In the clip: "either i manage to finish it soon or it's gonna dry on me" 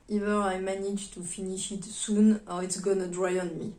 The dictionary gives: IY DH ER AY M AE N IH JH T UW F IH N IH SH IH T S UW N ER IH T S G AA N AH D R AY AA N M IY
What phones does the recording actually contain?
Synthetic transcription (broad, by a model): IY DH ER AY M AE N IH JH T UW F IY N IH SH IH T S UW N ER IH T S G AA N AH D R AY AA N M IY